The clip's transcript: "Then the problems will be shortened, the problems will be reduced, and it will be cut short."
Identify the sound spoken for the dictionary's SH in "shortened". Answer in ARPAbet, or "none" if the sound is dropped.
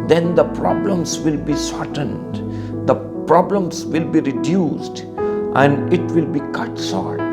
S